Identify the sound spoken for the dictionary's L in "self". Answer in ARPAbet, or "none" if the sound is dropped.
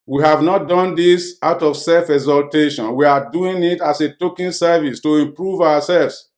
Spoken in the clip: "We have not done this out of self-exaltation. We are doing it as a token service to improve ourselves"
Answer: L